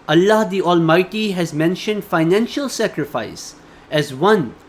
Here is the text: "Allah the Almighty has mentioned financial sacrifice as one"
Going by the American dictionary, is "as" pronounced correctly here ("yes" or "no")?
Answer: yes